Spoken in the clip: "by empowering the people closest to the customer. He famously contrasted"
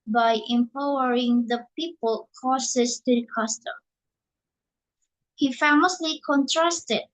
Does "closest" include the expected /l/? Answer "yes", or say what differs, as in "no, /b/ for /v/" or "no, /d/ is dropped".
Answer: no, /l/ is dropped